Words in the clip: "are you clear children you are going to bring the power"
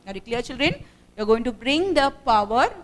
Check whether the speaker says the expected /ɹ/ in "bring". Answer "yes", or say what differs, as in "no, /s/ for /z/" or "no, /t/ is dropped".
yes